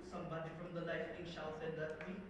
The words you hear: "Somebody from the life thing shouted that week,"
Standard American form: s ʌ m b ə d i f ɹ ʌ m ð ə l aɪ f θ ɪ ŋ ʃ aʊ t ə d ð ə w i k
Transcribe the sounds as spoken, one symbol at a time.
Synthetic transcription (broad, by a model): s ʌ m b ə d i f ɹ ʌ m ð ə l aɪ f t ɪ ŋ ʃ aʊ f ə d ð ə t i